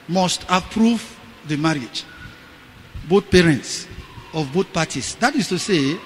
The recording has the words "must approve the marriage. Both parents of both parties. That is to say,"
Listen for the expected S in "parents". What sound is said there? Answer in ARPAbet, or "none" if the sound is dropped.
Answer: S